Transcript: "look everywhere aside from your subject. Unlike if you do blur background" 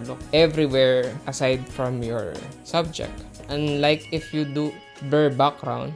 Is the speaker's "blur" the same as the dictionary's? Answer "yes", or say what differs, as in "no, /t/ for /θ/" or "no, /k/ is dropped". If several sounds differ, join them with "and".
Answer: no, /l/ is dropped